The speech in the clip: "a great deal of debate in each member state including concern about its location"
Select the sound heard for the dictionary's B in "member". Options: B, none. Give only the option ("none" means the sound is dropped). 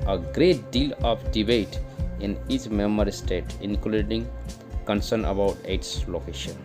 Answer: none